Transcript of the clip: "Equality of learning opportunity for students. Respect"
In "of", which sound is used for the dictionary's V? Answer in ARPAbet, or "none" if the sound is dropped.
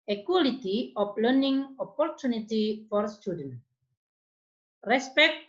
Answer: P